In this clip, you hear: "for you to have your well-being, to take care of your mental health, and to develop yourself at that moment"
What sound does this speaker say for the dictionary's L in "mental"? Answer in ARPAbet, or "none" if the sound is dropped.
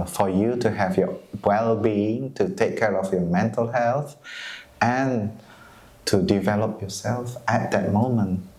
L